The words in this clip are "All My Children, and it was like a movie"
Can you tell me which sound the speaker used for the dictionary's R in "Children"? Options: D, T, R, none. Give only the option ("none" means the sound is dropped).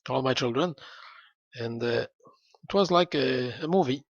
R